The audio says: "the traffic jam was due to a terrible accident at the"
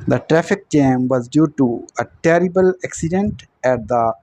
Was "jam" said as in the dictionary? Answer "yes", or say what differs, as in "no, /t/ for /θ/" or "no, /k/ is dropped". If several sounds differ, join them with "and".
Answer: no, /tʃ/ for /dʒ/